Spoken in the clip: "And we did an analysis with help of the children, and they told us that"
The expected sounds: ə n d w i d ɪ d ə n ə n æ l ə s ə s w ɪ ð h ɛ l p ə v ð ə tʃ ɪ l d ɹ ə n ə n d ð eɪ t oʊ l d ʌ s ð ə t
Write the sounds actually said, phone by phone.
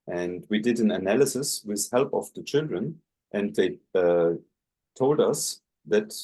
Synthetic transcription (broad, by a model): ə n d w i d ɪ d ə n ə n æ l ə s ə s w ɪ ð h ɛ l p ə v ð ə tʃ ɪ l d ɹ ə n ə n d ð eɪ t oʊ l d ʌ s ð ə t